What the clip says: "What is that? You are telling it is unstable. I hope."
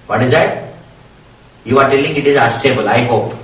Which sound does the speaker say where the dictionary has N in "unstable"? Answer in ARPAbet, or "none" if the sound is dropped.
none